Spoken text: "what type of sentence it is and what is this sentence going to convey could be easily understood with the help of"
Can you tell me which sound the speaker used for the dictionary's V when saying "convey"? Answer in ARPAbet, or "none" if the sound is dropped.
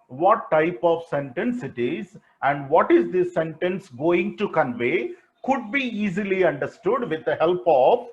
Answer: V